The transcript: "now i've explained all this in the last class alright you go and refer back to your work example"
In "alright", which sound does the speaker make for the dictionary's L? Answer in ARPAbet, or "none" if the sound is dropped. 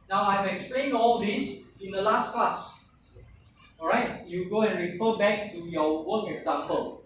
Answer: none